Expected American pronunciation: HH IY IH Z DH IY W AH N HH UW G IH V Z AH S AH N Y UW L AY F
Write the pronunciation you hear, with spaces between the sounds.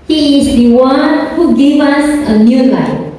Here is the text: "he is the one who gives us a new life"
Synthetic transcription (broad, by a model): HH IY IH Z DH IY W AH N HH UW G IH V AH S AH N Y UW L AY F